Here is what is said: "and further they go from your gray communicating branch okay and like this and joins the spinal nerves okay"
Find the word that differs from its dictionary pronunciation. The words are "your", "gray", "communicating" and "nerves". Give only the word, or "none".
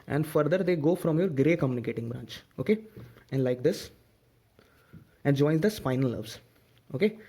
nerves